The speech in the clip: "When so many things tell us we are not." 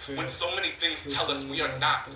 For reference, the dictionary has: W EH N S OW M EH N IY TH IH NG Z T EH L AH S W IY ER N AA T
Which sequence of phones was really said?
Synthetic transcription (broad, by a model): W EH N S OW M EH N IY TH IH NG Z T EH L AH S W IY ER N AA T